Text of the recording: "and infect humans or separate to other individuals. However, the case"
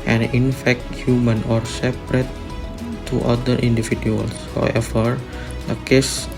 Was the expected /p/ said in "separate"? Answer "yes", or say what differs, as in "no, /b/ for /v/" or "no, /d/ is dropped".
yes